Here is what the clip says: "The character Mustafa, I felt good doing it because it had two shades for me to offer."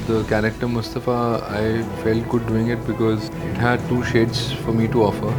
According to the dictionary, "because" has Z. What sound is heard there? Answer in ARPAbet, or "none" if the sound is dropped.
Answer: Z